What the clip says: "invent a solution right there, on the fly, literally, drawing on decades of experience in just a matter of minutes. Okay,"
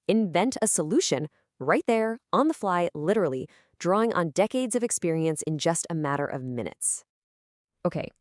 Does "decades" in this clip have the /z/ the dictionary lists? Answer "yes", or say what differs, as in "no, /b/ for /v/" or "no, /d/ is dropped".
yes